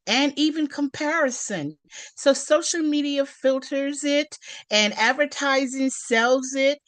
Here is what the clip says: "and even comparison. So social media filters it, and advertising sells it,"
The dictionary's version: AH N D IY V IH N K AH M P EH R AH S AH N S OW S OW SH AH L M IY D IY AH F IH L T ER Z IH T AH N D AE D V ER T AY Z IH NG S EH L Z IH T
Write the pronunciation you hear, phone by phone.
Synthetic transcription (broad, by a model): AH N IY V IH N K AH M P EH R AH S AH N S OW S OW SH L M IY D IY AH F IH L T ER Z IH T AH N AE D V ER T AY Z IH NG S EH L Z IH T